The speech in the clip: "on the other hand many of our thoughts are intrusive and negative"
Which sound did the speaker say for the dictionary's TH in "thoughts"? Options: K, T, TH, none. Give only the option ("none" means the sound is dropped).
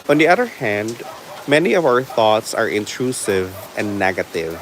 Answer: TH